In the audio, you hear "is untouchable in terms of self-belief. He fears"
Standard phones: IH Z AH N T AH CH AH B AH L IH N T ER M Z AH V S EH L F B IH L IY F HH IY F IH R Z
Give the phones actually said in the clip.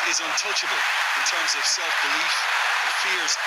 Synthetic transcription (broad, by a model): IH Z AH N T AH CH AH B AH L IH N T ER M Z AH V S EH L F B IH L IY F F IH R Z